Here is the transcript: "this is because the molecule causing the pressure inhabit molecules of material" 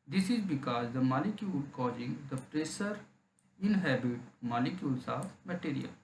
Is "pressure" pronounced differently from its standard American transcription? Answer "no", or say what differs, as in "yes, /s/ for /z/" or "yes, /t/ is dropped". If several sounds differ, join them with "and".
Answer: yes, /s/ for /ʃ/